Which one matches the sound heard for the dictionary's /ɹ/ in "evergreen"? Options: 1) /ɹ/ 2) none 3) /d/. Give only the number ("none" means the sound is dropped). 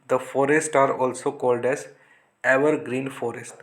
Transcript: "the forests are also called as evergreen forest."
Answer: 1